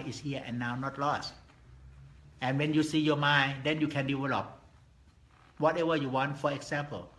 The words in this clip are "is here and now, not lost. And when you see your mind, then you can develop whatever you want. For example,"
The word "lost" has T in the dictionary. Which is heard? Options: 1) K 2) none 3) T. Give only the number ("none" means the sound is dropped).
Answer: 3